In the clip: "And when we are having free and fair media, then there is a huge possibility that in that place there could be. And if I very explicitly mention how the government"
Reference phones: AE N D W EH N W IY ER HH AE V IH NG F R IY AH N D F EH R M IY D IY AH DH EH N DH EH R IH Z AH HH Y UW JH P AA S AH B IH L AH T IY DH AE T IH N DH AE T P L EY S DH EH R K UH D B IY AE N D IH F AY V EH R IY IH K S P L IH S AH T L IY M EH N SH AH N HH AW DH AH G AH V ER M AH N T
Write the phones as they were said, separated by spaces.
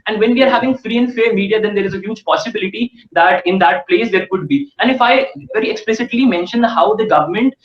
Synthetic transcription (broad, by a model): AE N D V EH N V IY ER HH AE V IH NG F R IY AH N D F EH R M IY D IY AH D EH N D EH R IH Z AH HH Y UW JH P AA S AH B IH L AH T IY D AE T IH N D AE T P L EY S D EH R K UH D B IY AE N D IH F AY V EH R IY IH K S P L IH S AH T L IY M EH N SH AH N HH AW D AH G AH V ER M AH N T